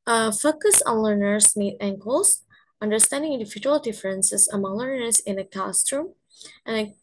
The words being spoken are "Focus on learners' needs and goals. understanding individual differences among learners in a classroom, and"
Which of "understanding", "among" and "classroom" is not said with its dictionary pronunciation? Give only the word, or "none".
classroom